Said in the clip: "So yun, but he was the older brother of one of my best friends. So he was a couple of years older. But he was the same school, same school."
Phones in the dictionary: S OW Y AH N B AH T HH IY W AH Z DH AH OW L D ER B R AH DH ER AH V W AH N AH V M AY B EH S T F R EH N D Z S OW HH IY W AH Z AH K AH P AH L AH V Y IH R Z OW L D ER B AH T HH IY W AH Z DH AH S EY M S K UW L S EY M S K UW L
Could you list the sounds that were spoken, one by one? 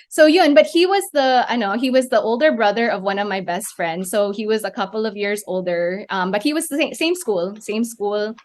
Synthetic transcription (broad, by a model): S OW Y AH N B AH T HH IY W AH Z DH AH OW L D ER B R AH DH ER AH V W AH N AH V M AY B EH S T F R EH N D Z S OW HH IY W AH Z AH K AH P L AH V Y IH R Z OW L D ER B AH T HH IY W AH Z DH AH S EY M S K UW L S EY M S K UW L